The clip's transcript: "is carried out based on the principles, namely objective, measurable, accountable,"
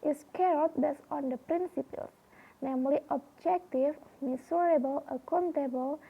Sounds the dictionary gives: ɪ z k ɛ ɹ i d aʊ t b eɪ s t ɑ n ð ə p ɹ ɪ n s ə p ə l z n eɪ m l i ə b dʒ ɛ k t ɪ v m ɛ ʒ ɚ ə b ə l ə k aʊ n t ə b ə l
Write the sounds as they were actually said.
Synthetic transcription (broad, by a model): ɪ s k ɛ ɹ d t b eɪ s ɑ n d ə p ɹ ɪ n s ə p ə l s n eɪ m l i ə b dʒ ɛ k t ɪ f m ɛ s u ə b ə l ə k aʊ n t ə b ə l